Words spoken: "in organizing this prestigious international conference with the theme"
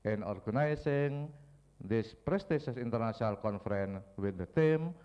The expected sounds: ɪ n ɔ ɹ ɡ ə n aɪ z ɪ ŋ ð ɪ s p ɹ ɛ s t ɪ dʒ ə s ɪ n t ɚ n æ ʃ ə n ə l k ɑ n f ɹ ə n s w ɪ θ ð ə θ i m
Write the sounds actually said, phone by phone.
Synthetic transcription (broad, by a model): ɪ n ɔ ɹ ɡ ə n aɪ s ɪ ŋ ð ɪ s p ɹ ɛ s t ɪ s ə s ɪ n t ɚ n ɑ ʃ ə n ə l k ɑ n f ɹ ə n w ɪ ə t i m